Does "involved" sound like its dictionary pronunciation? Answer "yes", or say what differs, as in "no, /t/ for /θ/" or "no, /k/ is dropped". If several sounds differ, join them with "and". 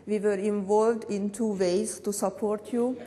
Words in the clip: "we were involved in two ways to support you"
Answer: yes